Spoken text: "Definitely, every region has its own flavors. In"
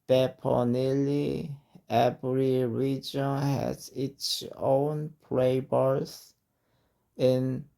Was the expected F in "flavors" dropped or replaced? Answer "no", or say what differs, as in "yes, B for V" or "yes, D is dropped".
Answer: yes, P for F